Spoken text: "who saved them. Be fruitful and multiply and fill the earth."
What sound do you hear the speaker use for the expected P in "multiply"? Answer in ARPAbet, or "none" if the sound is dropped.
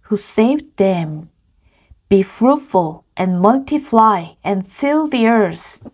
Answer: F